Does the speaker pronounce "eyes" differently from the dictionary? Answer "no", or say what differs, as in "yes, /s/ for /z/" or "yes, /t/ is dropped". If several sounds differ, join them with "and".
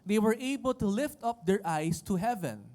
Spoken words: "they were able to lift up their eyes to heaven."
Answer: yes, /s/ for /z/